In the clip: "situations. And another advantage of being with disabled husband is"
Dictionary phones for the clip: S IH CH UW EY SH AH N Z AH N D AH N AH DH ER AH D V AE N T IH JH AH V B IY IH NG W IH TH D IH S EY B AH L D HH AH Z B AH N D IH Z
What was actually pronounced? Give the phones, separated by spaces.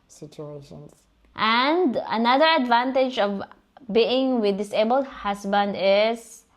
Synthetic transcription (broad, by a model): S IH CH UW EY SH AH N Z AH N D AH N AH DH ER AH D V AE N T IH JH AH V B IY IH NG W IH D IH S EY B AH L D HH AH S B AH N D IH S